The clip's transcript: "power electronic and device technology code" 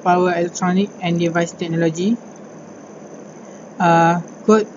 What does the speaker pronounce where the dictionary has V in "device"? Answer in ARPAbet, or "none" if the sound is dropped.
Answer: V